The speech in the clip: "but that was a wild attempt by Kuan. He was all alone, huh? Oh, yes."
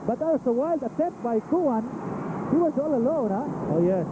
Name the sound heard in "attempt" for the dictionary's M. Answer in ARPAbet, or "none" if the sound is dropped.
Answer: none